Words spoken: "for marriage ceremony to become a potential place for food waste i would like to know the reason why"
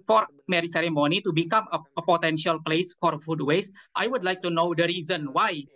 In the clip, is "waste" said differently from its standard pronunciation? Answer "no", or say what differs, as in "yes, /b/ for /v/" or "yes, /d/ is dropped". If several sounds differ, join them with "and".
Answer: no